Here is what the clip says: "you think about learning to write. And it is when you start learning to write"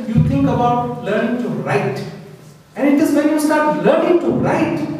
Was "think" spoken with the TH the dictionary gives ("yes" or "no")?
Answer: no